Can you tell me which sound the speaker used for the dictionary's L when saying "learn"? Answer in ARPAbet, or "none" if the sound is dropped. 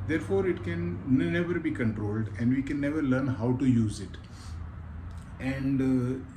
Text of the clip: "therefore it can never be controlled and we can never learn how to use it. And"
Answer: L